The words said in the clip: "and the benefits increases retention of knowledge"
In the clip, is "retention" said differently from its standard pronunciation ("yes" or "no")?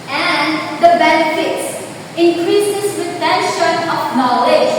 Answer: yes